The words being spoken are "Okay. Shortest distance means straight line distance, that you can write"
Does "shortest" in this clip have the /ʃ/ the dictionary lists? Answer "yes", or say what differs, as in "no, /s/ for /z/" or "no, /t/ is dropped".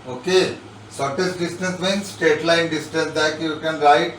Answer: no, /s/ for /ʃ/